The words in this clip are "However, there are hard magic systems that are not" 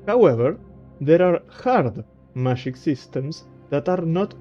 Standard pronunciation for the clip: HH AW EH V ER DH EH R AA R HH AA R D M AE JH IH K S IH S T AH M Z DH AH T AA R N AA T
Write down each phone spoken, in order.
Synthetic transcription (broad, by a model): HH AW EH V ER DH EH R AA R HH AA R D M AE SH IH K S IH S T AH M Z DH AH T AA R N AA T